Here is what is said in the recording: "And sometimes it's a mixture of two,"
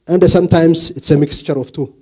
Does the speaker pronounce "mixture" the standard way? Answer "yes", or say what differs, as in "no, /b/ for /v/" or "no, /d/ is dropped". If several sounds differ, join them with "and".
yes